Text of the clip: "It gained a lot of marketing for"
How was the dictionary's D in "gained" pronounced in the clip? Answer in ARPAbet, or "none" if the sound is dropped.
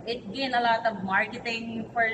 none